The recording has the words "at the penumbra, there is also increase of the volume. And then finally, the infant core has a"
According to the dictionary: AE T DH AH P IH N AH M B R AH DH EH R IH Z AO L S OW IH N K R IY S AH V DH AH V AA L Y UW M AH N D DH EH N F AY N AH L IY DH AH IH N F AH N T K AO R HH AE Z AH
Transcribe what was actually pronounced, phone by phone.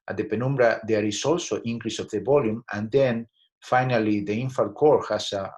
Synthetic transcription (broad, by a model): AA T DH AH P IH N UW M B R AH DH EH R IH S AO L S OW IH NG K R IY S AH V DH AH B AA L Y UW M AH N D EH N F AY N AH L IY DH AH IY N F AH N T K AO R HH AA S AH